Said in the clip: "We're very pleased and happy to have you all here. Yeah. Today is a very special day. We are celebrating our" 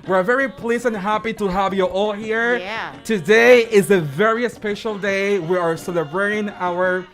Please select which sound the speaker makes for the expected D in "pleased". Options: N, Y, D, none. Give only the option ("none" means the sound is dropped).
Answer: none